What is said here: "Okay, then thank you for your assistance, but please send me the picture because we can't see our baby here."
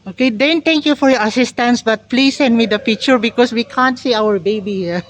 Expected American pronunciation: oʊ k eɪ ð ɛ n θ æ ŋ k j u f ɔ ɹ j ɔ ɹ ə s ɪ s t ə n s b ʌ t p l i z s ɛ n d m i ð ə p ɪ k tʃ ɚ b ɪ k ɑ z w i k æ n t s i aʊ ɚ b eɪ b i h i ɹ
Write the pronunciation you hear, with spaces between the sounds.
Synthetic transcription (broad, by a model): oʊ k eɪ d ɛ n t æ ŋ k j u f ɔ ɹ j ɔ ɹ ə s ɪ s t ə n s b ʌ t p l i s ɛ n d m i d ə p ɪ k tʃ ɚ b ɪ k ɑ s w i k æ n t s i aʊ ɚ b eɪ b i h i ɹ